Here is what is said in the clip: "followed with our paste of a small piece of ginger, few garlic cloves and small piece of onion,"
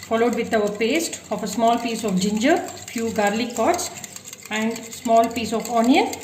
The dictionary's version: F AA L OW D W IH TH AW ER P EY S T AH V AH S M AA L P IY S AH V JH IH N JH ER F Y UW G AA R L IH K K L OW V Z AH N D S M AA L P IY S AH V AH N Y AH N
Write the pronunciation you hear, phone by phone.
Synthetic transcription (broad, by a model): F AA L OW D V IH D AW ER P EY S T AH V AH S M AA L P IY S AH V JH IH N JH ER F Y UW G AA R L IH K K OW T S AH N D S M AA L P IY S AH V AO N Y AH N